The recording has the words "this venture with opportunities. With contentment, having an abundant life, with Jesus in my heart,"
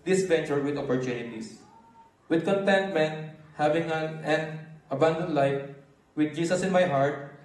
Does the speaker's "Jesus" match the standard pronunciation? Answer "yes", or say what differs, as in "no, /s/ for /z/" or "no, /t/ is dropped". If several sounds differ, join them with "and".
no, /s/ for /z/